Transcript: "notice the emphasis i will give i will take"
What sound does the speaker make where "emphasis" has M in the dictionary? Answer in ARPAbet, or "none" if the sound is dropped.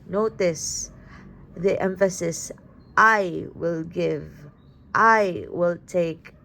M